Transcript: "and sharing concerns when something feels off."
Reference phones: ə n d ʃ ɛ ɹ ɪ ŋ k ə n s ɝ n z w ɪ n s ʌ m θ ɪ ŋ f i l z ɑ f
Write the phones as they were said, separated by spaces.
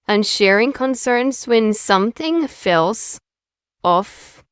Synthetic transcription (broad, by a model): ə n ʃ ɛ ɹ ɪ ŋ k ə n s ɝ n z w ɪ n s ʌ m θ ɪ ŋ f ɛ l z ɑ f